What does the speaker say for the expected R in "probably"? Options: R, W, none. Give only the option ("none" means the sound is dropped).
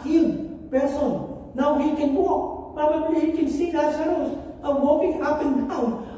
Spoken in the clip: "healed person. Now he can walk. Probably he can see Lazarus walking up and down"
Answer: none